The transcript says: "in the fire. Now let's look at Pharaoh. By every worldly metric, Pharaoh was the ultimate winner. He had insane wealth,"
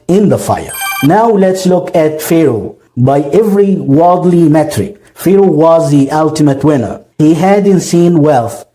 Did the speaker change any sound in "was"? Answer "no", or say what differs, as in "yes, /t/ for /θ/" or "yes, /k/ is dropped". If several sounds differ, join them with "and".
no